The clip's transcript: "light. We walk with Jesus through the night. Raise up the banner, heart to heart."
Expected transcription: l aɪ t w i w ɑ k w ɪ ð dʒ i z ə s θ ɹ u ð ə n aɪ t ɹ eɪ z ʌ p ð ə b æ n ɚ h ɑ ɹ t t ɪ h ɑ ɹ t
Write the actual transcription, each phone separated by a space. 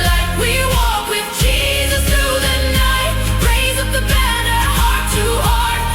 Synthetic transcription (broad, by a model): l aɪ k w i w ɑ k w ɪ ð dʒ i z ə s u ð ə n aɪ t ɹ eɪ z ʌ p ð ə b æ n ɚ h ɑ ɹ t t ɪ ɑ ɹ